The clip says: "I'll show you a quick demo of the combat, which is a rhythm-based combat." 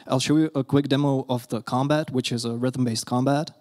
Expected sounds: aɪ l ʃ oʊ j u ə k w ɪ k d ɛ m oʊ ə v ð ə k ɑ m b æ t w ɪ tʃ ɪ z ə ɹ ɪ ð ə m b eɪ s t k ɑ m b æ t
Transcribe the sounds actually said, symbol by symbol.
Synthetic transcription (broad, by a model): aɪ l ʃ oʊ j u ə k w ɪ k d ɛ m oʊ ə v ð ə k ɑ m b æ t w ɪ tʃ ɪ z ə ɹ ɪ ð ə m b eɪ s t k ɑ m b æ t